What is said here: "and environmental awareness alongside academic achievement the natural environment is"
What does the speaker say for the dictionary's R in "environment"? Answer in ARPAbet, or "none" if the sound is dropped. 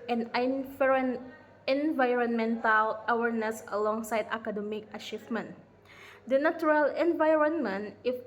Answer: R